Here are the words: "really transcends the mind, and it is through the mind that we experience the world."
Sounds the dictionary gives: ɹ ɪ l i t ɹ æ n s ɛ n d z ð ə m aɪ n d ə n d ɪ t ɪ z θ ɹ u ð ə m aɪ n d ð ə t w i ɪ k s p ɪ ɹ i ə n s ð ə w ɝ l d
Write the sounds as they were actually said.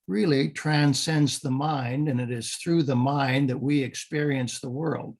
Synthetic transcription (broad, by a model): ɹ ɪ l i t ɹ æ n s ɛ n d z ð ə m aɪ n d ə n ɪ t ɪ z θ ɹ u ð ə m aɪ n ð ə t w i ɪ k s p ɪ ɹ i ə n s ð ə w ɝ l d